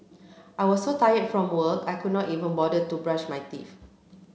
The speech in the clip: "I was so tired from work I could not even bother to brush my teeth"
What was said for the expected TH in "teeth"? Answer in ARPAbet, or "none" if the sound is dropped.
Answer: F